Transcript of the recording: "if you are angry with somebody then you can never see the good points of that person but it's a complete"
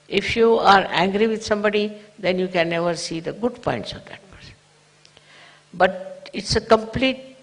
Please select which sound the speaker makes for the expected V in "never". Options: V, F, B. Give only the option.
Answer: V